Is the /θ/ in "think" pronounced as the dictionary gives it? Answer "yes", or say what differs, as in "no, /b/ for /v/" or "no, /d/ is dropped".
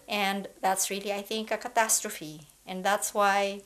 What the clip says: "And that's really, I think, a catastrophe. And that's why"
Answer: yes